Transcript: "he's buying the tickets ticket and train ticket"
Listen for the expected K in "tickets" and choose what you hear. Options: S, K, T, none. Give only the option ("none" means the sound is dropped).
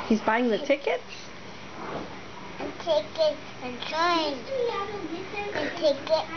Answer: K